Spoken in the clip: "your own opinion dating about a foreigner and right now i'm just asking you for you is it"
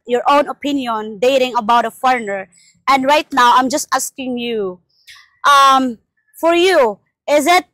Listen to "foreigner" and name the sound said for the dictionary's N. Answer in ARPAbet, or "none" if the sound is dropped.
N